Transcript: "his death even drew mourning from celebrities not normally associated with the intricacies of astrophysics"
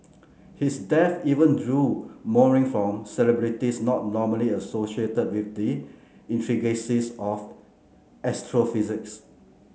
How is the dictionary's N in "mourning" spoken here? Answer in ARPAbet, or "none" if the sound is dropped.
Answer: none